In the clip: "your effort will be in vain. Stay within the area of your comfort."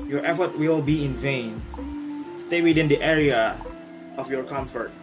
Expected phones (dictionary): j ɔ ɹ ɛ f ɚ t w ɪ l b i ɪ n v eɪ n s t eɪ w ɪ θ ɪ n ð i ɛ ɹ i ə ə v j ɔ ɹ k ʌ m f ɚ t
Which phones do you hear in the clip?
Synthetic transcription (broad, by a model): j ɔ ɹ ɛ f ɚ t w ɪ l b i ɪ n v eɪ n s t eɪ w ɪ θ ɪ n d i ɛ ɹ i ə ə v j ɔ ɹ k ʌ m f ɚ t